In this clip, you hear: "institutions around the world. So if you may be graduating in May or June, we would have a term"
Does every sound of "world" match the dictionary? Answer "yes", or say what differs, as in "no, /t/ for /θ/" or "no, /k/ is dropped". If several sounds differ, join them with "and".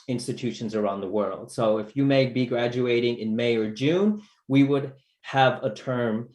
yes